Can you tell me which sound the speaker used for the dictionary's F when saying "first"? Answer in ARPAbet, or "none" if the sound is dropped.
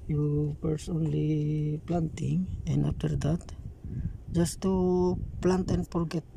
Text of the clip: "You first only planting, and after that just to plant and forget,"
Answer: P